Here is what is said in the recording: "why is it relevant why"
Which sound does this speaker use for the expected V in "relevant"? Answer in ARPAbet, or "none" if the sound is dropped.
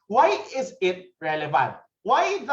V